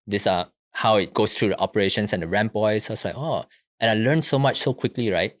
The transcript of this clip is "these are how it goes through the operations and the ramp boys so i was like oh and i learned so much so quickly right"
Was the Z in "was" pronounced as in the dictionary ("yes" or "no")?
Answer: no